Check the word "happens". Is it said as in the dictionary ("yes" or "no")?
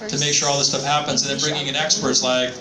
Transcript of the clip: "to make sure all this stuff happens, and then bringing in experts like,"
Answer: yes